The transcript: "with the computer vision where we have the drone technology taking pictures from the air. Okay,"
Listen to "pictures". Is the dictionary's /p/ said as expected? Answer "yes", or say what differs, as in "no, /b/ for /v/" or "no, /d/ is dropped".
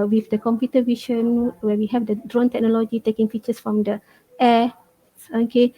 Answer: no, /f/ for /p/